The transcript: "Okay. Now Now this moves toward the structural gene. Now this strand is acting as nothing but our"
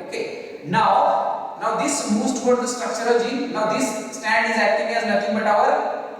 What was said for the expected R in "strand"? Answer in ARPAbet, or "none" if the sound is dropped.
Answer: none